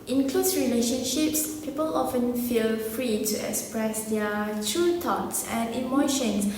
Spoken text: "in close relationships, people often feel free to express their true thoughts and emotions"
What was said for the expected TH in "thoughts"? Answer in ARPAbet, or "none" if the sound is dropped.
T